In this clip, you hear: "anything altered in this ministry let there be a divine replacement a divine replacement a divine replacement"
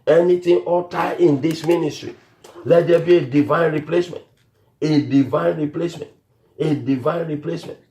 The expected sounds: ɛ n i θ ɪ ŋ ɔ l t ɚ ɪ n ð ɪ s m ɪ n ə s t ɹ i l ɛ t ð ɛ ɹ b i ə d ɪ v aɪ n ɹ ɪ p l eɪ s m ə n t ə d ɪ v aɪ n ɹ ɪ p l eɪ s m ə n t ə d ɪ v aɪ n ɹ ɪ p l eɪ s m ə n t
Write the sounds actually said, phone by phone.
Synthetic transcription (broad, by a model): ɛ n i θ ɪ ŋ ɔ t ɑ ɪ n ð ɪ s m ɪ n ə s t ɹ i l ɛ t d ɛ b i ə d ɪ v aɪ n ɹ ɪ p l eɪ s m ə n t ə d ɪ v aɪ n ɹ ɪ p l eɪ s m ə n t ə d ɪ v aɪ n ɹ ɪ p l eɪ s m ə n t